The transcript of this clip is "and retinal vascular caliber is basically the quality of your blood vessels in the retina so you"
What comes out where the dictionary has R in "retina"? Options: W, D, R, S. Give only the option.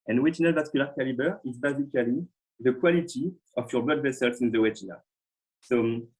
W